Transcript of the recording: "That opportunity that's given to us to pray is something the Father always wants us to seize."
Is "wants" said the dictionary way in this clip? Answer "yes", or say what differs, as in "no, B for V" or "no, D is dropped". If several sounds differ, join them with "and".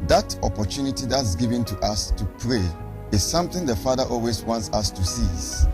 yes